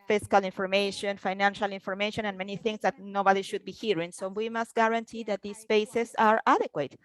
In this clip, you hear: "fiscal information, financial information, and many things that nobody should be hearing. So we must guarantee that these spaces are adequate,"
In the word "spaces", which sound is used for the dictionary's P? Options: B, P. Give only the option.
B